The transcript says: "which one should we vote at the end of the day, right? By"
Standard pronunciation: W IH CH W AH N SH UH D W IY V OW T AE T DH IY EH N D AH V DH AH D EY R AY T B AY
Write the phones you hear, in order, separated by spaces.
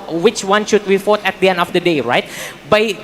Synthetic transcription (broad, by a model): W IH CH W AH N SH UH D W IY F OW T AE T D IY EH N D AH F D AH D EY R AY T B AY